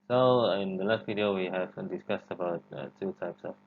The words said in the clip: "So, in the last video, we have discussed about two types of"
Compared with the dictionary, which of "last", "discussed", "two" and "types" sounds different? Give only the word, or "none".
none